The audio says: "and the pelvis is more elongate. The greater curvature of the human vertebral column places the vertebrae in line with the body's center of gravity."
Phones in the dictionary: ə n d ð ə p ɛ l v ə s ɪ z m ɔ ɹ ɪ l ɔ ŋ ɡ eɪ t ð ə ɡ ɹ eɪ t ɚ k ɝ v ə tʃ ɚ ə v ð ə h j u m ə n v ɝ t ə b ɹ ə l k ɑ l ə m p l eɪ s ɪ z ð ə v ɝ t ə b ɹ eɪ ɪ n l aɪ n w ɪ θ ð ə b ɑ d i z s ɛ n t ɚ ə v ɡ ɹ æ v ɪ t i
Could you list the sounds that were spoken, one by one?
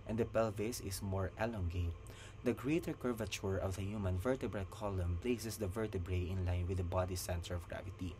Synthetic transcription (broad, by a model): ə n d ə p ɛ l v ə s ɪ s m ɔ ɹ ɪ l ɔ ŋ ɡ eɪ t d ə ɡ ɹ eɪ t ɚ k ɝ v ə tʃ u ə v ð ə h j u m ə n v ɝ t ə b ɹ ə l k ɑ l ə m p l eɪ s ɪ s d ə v ɝ t ə b ɹ eɪ ɪ n l aɪ n w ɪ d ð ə b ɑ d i s ɛ n t ɚ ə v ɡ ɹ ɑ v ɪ t i